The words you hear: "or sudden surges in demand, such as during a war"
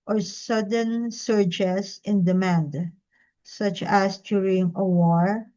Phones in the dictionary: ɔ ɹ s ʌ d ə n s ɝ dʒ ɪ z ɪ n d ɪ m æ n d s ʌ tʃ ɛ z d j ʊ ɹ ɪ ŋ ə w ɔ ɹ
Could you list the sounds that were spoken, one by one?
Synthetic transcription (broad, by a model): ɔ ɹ s ʌ d ə n s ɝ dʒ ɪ s ɪ n d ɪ m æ n d s ʌ tʃ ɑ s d j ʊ ɹ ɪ ŋ ə w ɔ ɹ